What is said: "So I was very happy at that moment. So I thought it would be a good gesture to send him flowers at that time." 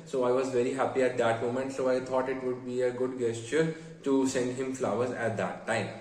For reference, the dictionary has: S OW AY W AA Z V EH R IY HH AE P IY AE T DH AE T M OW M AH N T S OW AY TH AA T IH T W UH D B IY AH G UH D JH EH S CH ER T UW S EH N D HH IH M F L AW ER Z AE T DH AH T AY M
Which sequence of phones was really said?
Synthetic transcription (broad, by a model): S OW AY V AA Z V EH R IY HH AE P IY AE T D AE T M OW M AH N T S OW AY T AA T IH T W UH D B IY AH G UH D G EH S CH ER T UW S EH N D HH IH M F L AW ER Z AE T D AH T AY M